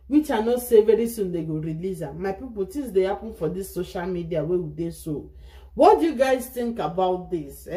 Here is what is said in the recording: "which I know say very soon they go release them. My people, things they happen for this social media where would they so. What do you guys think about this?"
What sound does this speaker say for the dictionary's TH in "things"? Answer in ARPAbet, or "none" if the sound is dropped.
T